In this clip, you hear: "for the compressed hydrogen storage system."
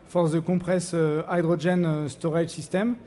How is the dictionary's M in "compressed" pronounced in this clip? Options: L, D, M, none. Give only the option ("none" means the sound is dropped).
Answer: none